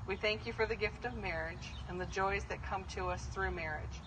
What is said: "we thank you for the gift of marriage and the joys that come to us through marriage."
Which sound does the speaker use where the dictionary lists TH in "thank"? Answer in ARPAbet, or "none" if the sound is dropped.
TH